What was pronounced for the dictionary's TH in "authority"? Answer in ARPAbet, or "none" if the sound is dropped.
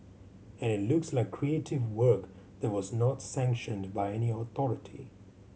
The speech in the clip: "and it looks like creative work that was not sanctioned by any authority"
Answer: TH